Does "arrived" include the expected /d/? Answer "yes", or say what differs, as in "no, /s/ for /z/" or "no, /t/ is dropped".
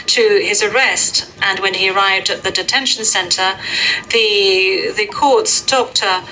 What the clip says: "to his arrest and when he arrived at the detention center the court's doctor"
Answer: yes